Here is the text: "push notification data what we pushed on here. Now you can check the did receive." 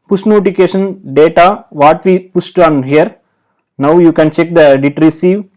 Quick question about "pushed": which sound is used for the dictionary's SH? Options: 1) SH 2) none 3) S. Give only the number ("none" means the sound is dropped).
3